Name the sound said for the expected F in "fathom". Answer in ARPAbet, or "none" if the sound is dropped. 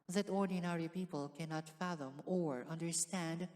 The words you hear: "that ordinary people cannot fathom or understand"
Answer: F